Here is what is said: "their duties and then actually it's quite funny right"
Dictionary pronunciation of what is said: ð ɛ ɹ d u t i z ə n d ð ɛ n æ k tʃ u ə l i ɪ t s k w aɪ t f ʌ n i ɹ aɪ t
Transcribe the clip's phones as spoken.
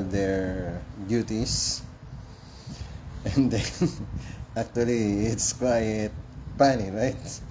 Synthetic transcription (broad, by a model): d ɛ ɹ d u t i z ə n d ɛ n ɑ k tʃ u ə l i ɪ t s k w aɪ t p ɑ n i ɹ aɪ t